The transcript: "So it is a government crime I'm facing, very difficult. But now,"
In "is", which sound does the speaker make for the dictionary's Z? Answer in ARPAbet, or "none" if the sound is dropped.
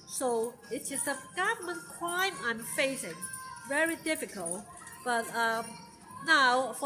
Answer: S